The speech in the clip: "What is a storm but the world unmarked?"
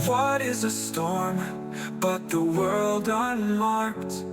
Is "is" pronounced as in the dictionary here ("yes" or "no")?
yes